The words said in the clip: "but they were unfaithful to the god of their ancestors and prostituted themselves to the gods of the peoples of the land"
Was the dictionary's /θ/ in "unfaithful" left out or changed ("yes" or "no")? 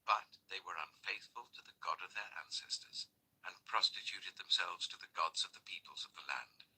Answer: no